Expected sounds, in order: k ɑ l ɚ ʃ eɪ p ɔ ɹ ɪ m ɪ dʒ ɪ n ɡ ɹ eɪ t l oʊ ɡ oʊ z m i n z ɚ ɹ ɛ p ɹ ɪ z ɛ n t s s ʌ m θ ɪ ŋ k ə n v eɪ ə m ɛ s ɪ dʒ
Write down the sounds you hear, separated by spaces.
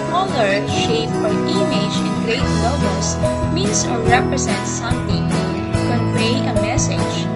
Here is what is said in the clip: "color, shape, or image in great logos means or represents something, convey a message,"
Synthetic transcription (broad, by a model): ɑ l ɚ ʃ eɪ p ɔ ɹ ɪ m ɪ dʒ ɪ n ɡ ɹ eɪ t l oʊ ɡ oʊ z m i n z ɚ ɹ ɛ p ɹ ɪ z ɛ n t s s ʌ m t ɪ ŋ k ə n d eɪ ə m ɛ s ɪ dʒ